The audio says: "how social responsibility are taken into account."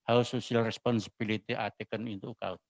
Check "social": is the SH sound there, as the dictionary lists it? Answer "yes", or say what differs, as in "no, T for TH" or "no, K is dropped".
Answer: no, S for SH